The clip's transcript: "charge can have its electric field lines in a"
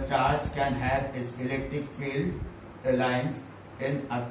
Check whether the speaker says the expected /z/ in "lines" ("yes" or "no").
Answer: no